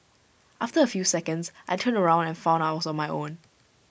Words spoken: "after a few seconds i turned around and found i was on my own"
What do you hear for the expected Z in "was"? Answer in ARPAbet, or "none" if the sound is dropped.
S